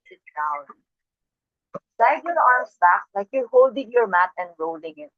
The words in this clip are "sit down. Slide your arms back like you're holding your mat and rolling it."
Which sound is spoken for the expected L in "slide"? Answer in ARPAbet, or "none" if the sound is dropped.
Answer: none